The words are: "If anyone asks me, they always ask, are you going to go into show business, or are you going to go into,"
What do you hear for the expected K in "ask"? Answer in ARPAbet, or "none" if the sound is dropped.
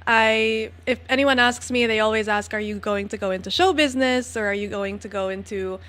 K